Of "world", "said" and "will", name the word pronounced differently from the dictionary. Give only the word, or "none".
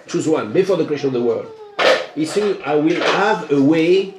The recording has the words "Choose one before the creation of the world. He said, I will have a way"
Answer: said